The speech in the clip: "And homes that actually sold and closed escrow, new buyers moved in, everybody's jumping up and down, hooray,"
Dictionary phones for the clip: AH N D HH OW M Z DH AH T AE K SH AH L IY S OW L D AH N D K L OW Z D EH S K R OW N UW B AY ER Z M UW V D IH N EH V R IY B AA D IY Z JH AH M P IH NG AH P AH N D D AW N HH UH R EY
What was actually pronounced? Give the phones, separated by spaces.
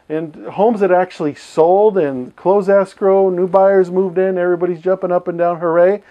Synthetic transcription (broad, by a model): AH N HH OW M Z DH AH T AE K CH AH L IY S OW L D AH N K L OW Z EH S K R OW N UW B AY ER Z M UW V D IH N EH V R IY B AA D IY Z JH AH M P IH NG AH P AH N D D AW N HH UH R EY